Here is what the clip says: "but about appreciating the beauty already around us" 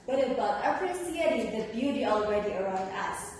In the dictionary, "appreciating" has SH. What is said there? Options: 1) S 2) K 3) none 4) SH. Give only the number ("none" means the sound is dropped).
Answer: 1